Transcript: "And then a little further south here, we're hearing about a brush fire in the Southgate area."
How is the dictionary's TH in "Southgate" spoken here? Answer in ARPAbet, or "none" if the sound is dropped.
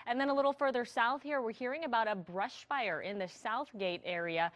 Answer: TH